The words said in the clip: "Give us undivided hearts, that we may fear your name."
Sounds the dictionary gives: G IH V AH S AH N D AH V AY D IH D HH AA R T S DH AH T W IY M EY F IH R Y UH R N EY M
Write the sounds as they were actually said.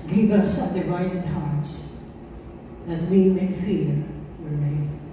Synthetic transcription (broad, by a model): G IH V AH S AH D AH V AY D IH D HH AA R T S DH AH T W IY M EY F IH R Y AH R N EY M